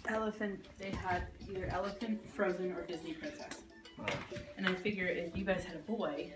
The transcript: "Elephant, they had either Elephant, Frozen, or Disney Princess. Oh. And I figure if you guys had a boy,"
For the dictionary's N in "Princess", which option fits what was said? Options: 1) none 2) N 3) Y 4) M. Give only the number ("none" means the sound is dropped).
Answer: 1